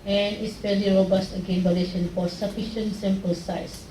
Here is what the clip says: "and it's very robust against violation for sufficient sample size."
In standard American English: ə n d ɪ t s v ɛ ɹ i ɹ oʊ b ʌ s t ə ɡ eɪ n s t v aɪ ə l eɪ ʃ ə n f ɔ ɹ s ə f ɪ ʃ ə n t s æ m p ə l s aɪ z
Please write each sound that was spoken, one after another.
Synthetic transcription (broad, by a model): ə n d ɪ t s f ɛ l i ɹ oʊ b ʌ s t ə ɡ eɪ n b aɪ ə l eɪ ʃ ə n f ɔ ɹ s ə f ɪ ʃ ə n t s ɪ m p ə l s aɪ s